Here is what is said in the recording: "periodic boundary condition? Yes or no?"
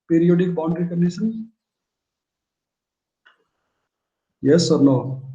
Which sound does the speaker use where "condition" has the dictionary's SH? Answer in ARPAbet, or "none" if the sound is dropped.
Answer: S